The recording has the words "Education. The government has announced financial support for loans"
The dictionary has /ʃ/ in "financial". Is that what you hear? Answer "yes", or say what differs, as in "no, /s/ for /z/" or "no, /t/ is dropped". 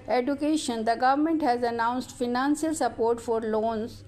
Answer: no, /s/ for /ʃ/